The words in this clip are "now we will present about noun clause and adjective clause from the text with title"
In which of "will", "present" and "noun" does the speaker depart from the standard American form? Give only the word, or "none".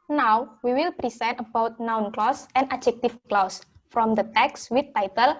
present